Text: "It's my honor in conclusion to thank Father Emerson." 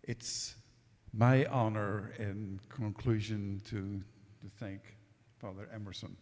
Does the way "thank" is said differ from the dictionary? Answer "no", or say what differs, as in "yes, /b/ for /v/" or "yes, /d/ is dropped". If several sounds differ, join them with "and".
no